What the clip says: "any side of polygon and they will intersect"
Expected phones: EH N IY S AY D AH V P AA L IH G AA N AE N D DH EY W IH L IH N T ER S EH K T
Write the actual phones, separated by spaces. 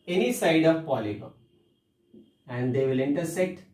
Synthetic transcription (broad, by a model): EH N IY S AY D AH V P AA L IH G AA AE N D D EY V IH L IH N T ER S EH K T